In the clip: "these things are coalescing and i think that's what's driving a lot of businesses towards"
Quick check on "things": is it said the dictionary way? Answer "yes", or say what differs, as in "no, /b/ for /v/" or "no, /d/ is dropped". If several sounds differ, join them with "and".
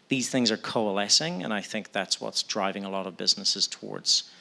yes